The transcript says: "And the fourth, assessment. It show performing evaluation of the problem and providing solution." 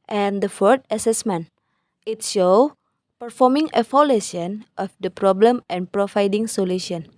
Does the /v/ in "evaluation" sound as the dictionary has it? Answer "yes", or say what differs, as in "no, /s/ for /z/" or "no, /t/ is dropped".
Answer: no, /f/ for /v/